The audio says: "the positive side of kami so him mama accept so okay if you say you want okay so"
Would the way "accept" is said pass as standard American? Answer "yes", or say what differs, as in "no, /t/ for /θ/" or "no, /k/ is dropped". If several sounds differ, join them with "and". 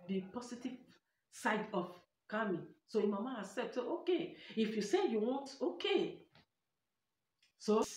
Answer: no, /k/ is dropped